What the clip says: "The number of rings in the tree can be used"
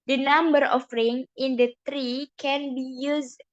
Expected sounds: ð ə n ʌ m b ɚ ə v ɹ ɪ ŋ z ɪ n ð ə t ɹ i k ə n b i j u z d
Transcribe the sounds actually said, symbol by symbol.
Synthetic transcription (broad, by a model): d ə n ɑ m b ɚ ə f ɹ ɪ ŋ ɪ n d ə t ɹ i k ə n b i j u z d